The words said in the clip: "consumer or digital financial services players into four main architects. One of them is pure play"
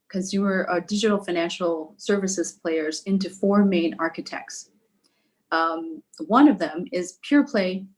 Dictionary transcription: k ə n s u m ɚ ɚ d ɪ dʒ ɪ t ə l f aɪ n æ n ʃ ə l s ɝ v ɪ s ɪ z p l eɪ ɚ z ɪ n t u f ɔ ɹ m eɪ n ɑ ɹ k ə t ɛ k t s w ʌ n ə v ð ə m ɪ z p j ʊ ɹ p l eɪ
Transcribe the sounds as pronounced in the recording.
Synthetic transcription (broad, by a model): k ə n s u m ɚ ɚ d ɪ dʒ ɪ t l f aɪ n æ n ʃ l s ɝ v ɪ s ɪ z p l eɪ ɚ z ɪ n t u f ɔ ɹ m eɪ n ɑ ɹ k ə t ɛ k t s w ʌ n ə v ð ə m ɪ z p j ʊ ɹ p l eɪ